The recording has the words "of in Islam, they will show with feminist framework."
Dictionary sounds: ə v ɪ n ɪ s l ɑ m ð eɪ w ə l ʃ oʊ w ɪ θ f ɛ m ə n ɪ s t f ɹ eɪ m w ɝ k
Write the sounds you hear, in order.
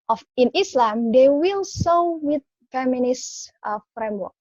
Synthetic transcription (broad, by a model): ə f ɪ n ɪ s l ɑ m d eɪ w ə l s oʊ w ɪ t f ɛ m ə n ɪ s t f ɹ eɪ m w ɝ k